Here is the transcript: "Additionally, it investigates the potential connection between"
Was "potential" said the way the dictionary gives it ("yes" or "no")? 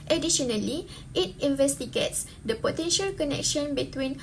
yes